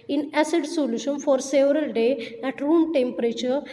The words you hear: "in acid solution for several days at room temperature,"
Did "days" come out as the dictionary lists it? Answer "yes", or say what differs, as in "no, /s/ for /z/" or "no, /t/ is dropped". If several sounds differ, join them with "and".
no, /z/ is dropped